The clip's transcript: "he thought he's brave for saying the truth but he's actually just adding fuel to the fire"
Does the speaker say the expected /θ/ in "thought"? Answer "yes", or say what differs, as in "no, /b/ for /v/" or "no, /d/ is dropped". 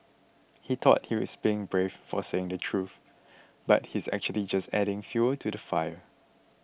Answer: no, /t/ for /θ/